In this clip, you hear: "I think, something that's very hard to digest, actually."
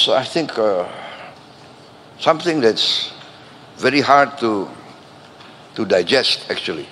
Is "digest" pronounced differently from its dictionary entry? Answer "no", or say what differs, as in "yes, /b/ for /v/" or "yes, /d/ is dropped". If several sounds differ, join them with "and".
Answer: no